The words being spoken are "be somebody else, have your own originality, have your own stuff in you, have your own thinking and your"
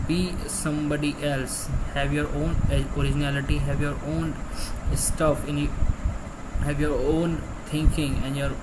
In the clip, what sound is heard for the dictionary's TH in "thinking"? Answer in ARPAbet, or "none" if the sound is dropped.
T